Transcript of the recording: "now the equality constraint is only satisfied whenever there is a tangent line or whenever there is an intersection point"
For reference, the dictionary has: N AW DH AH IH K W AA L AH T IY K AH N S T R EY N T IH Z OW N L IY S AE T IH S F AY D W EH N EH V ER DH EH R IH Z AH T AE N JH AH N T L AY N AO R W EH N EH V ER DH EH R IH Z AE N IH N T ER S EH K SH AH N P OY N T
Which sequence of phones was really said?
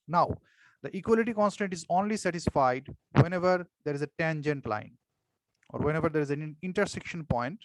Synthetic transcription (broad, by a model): N AW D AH IH K W AA L AH T IY K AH N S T EY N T IH Z OW N L IY S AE T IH S F AY D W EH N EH V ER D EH R IH Z AH T AE N JH AH N T L AY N AO R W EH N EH V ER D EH R IH Z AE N IH N T ER S EH K SH AH N P OY N T